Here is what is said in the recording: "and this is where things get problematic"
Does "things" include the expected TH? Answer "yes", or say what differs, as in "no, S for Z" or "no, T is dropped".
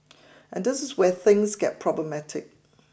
yes